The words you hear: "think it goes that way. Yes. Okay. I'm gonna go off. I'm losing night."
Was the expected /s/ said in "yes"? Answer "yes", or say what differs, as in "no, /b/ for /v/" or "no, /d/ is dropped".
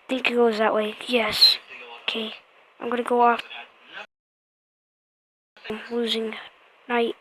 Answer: yes